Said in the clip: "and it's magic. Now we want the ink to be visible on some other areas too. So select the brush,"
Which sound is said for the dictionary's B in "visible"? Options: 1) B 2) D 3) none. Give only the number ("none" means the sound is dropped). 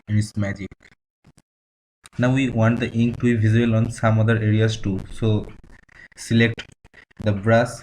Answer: 3